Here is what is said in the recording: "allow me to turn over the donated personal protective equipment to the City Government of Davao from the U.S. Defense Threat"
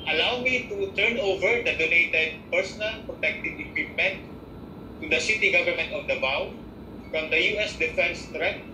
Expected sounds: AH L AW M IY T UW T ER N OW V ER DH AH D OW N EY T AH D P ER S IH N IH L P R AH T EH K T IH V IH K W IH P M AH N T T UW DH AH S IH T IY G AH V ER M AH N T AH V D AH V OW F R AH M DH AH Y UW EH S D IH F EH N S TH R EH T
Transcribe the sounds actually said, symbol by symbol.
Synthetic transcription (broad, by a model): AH L AW M IY T UW T ER N OW V ER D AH D OW N EY T AH D P ER S IH N IH L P R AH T EH K T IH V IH K W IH P M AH N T T UW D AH S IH T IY G AH V ER M AH N T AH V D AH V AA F R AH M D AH Y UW EH S D IH F EH N S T R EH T